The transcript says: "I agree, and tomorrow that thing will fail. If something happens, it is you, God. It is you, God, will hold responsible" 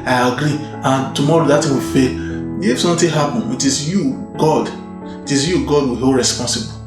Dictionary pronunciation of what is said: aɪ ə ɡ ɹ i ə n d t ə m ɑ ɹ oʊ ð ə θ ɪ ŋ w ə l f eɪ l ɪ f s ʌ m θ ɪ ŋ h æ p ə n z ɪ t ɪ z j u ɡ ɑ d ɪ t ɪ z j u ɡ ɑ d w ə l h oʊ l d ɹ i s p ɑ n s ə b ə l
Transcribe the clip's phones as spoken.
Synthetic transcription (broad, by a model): aɪ ə ɡ ɹ i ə n t ə m ɑ ɹ oʊ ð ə t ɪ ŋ w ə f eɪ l ɪ f s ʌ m t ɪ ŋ h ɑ p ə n ɪ t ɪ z j u ɡ ɑ d ɪ t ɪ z j u ɡ ɑ d w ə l h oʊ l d ɹ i s p ɑ n s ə b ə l